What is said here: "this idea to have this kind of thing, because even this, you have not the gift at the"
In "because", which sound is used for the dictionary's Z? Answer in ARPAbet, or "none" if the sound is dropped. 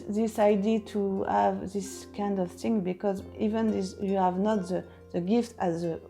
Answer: Z